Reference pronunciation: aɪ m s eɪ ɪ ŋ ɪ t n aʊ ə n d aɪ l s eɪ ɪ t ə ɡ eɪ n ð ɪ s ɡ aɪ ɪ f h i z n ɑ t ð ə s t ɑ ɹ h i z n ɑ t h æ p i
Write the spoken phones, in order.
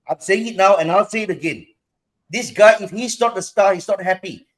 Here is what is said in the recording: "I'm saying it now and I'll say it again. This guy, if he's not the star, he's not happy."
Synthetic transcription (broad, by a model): aɪ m s eɪ ɪ ŋ ɪ t n aʊ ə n aɪ l s eɪ ɪ t ə ɡ eɪ n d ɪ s ɡ aɪ ɪ f h i s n ɑ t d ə s t ɑ h i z n ɑ t h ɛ p i